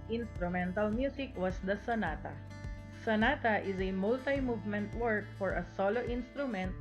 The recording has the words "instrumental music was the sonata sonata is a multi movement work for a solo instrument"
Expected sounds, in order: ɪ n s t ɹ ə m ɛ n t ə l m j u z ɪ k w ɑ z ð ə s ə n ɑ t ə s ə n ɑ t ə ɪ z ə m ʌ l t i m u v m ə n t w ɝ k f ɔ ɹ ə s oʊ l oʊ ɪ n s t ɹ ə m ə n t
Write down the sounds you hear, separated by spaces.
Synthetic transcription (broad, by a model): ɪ n s t ɹ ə m ɛ n t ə l m j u s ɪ k w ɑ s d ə s ə n ɑ t ə s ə n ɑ t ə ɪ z ə m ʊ l t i m u v m ə n t w ɝ k f ɔ ɹ ə s oʊ l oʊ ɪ n s t ɹ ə m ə n t